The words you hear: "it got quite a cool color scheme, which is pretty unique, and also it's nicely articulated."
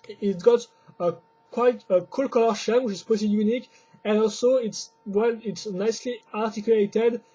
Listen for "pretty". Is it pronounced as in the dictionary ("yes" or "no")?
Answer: no